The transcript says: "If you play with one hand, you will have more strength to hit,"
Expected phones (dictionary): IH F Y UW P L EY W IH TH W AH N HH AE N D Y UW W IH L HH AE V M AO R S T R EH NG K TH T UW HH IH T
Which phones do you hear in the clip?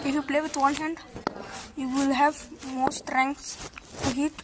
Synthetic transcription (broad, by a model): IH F Y UW P L EY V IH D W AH N HH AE N D Y UW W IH L HH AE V M AO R S T R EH NG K S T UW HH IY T